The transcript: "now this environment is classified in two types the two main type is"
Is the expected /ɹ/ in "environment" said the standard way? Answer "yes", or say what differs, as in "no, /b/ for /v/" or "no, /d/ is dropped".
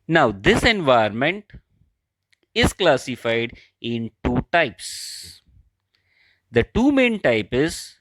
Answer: no, /ɹ/ is dropped